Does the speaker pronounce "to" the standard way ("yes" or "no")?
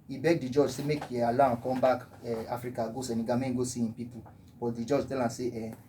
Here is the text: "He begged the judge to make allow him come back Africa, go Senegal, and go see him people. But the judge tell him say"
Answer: no